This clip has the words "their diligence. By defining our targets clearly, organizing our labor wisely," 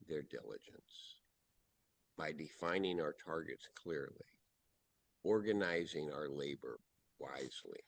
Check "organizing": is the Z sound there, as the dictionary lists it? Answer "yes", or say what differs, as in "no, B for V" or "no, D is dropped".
yes